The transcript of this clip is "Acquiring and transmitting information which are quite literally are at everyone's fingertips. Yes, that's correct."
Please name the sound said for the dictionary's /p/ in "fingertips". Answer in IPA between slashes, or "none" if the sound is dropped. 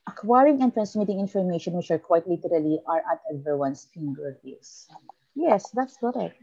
none